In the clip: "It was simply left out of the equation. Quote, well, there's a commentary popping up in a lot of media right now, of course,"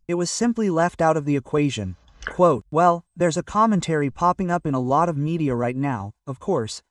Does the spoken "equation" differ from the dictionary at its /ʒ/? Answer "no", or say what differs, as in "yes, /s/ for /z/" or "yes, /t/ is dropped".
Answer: no